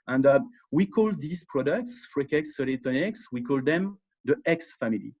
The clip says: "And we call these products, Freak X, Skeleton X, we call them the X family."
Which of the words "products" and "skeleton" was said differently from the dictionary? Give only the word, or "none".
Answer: skeleton